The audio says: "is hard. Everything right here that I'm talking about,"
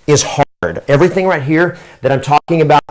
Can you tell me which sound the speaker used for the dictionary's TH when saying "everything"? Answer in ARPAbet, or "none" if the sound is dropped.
TH